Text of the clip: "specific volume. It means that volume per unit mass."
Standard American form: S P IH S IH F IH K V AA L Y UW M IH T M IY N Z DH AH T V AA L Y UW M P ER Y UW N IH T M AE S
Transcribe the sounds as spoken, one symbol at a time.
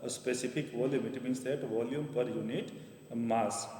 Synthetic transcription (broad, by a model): S P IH S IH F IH K V AA L Y UW M IH T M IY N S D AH T V AA L Y UW M P ER Y UW N IH T M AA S